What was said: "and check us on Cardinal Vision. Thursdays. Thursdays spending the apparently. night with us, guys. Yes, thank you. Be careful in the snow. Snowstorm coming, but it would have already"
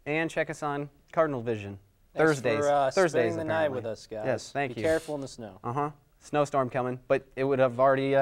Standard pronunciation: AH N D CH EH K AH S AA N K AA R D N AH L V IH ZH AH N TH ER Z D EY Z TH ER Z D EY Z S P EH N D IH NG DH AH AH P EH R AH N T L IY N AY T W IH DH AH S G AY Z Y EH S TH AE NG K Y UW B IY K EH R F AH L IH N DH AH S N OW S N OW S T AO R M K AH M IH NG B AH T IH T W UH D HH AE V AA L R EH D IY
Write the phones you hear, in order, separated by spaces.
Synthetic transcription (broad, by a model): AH N CH EH K AH S N K AA R D N L V IH ZH AH N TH ER Z D EY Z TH ER Z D EY IH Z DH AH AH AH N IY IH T W IH DH AH S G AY Y EH S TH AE NG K Y UW EH R F L IH N DH AH S N OW S N OW S T AO R M K AH M IH NG B AH T IH T W UH D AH V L R EH D IY